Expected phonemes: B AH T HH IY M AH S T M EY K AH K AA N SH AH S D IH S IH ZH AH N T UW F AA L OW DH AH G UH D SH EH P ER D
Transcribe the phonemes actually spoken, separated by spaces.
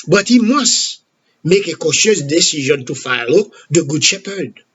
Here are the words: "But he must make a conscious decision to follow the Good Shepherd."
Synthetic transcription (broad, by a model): B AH T HH IY M AH S T M EY K AH K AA SH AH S D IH S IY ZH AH N T UW F AA L OW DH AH G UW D SH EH P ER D